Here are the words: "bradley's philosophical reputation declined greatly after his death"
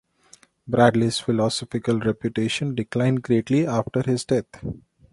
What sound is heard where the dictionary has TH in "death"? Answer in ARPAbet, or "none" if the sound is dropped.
T